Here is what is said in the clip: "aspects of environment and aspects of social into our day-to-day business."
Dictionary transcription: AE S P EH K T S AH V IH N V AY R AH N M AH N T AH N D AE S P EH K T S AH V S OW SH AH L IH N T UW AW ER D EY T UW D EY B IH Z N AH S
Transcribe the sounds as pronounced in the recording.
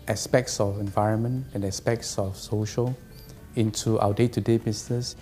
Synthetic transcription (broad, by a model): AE S P EH K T S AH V IH N V AY R AH N M AH N T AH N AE S P EH K T S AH F S OW SH AH L IH N T UW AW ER D EY T UW D EY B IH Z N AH S